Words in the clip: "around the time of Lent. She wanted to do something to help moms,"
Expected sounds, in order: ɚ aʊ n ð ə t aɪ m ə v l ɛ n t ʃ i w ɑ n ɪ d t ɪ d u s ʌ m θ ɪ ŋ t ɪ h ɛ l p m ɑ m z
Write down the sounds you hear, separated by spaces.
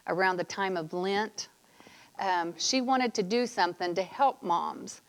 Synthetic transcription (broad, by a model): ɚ aʊ n ð ə t aɪ m ə v l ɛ n t ʃ i w ɑ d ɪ d t ɪ d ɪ s ʌ m θ ɪ ŋ t ɪ h ɛ l p m ɑ m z